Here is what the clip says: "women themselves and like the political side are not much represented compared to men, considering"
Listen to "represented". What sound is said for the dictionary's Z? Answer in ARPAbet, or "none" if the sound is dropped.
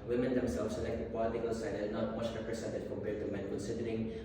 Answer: S